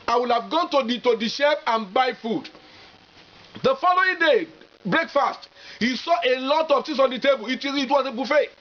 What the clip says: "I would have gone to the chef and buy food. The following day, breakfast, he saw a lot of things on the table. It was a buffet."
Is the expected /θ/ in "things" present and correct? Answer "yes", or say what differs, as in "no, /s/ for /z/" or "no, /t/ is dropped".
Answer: no, /t/ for /θ/